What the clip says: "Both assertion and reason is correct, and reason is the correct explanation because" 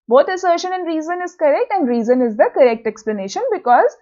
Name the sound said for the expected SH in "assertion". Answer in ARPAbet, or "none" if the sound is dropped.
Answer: SH